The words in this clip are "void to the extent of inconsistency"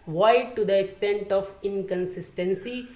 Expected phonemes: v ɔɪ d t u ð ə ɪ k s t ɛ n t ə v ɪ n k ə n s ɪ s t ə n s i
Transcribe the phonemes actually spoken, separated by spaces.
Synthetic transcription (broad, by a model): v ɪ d t u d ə ɪ k s t ɛ n t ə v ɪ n k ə n s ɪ s t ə n s i